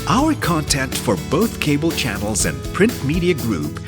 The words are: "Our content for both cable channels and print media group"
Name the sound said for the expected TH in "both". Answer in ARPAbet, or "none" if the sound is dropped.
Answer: TH